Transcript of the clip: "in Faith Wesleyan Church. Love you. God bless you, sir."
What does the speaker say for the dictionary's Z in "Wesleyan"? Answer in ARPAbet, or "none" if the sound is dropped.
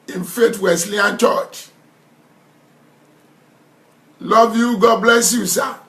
S